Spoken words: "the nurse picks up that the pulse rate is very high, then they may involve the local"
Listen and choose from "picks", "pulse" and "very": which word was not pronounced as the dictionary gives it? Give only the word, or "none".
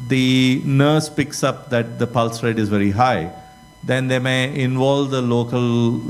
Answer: none